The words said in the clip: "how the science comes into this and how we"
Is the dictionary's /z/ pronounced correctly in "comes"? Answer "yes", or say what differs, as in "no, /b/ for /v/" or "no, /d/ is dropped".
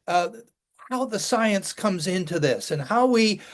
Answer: yes